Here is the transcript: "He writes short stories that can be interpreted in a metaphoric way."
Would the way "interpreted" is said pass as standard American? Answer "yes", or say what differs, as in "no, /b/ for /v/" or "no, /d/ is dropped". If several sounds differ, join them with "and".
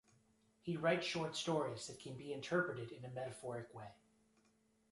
yes